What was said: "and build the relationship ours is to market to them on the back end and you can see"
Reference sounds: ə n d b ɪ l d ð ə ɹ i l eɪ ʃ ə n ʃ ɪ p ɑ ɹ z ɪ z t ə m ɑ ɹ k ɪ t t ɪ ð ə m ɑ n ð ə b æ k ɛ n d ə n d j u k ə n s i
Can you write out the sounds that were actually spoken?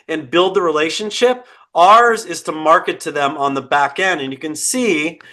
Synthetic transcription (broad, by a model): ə n b ɪ l d ð ə ɹ i l eɪ ʃ ə n ʃ ɪ p ɑ ɹ z ɪ z t ə m ɑ ɹ k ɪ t t ɪ ð ə m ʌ n ð ə b æ k ɛ n d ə n j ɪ k ə n s i